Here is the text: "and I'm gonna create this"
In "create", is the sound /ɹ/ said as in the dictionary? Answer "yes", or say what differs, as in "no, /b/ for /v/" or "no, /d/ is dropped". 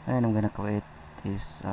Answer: no, /ɹ/ is dropped